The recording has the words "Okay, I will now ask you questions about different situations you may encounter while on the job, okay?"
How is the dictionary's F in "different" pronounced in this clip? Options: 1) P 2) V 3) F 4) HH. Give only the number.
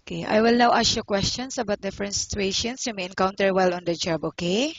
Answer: 3